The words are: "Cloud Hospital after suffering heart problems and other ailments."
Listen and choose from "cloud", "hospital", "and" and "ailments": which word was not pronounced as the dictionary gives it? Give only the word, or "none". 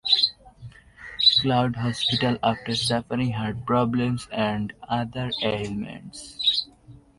none